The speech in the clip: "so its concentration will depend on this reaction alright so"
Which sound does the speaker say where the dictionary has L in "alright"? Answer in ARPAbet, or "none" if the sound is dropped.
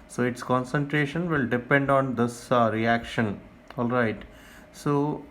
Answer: L